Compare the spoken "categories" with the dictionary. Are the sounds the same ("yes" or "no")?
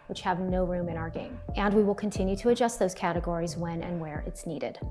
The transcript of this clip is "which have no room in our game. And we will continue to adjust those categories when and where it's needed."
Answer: yes